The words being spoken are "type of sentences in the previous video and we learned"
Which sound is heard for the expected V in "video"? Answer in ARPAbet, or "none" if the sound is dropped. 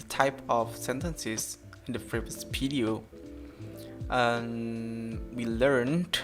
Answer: P